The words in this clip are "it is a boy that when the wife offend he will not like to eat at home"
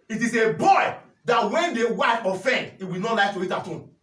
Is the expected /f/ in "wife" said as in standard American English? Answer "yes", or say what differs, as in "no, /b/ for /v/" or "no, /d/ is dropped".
no, /f/ is dropped